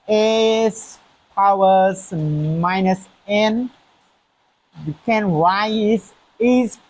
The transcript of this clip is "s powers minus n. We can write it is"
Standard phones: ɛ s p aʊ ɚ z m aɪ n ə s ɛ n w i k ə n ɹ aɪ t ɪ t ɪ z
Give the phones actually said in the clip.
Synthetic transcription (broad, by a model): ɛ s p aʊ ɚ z m aɪ n ə s ɛ n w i k ə n w aɪ ɪ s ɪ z